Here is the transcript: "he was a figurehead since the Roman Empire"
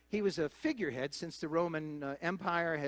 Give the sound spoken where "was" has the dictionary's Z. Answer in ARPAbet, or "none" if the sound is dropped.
Z